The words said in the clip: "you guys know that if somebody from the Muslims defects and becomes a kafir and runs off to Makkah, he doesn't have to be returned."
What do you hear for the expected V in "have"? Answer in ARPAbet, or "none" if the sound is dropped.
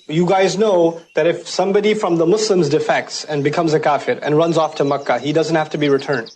F